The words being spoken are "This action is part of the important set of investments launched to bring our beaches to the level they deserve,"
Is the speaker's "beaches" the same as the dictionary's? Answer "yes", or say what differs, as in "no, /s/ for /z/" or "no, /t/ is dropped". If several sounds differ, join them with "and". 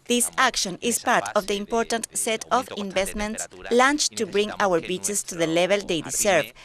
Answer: no, /s/ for /z/